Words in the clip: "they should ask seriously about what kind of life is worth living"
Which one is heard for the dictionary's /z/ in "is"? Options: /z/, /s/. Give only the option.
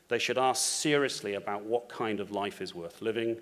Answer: /z/